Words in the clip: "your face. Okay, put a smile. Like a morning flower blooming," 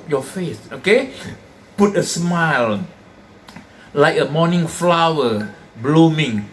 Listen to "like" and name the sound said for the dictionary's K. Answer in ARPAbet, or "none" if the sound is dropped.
K